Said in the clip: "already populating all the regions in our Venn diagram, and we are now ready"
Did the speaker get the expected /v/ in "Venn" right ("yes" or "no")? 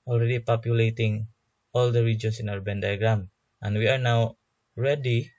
no